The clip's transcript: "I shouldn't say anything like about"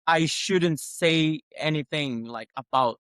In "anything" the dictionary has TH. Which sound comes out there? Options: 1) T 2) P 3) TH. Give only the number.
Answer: 3